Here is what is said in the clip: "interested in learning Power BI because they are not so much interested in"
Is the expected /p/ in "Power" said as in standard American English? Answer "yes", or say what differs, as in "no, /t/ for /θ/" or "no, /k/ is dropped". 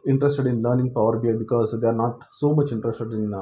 yes